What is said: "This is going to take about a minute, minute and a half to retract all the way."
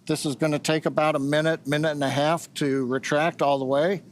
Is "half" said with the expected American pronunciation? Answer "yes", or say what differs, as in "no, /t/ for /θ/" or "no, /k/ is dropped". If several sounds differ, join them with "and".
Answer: yes